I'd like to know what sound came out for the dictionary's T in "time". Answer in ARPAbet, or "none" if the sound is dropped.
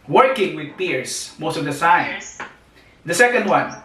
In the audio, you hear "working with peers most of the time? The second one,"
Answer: S